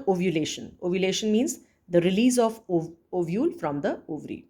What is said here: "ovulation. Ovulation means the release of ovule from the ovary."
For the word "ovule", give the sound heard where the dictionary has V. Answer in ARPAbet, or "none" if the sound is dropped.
V